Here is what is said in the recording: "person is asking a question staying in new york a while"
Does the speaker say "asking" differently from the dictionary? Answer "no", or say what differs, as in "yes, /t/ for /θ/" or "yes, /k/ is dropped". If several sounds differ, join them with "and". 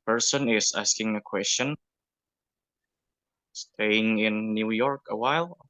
no